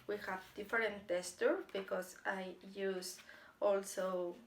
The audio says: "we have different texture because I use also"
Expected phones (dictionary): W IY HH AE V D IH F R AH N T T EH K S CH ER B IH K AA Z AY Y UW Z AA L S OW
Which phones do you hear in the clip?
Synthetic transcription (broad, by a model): W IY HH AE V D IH F R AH N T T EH S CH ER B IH K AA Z AY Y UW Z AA L S OW